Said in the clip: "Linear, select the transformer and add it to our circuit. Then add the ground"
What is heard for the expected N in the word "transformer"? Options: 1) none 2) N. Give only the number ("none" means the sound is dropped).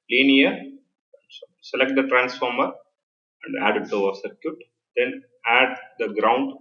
2